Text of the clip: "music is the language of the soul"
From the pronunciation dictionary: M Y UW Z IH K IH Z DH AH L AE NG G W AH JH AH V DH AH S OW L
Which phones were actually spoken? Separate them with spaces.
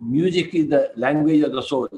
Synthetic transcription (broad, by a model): M Y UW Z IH K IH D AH L AE NG G W AH JH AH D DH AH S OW